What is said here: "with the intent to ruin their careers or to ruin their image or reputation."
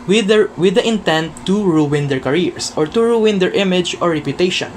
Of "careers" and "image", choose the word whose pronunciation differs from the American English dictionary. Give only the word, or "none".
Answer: careers